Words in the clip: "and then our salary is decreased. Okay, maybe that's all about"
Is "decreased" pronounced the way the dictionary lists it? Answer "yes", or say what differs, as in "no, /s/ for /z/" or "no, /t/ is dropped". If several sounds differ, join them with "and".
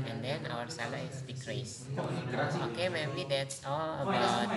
no, /t/ is dropped